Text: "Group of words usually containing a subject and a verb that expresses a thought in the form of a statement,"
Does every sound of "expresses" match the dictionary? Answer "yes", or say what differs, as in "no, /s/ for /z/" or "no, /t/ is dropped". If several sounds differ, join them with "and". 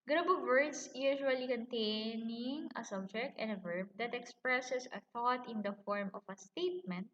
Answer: no, /s/ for /z/